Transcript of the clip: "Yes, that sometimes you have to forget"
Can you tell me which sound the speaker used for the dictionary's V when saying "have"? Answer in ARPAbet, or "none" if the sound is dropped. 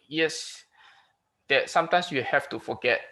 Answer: F